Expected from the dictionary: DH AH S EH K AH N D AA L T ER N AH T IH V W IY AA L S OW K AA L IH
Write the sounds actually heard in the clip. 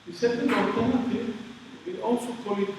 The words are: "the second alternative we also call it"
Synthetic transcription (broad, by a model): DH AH S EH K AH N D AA T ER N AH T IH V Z AA L S OW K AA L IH